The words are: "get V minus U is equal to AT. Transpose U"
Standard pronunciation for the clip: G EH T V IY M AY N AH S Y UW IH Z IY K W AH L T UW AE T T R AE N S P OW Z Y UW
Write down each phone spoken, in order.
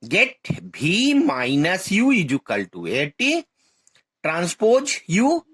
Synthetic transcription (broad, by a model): G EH T B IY M AY N AH S Y UW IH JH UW K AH L T UW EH T T R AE N S P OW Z Y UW